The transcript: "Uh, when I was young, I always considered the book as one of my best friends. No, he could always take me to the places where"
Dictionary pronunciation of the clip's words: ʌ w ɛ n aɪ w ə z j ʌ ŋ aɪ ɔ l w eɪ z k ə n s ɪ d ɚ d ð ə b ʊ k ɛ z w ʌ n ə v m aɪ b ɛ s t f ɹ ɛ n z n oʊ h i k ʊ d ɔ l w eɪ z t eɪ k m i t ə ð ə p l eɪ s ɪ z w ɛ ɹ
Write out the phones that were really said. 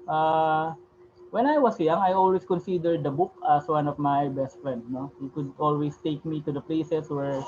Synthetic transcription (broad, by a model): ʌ w ɛ n aɪ w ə s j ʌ ŋ aɪ ɔ l w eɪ s k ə n s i d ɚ d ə b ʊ k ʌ s w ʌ n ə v m aɪ b ɛ s t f ɹ ɛ n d n oʊ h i k ʊ d ɔ l w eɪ s t eɪ k m i t ə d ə p l eɪ s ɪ s w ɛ ɹ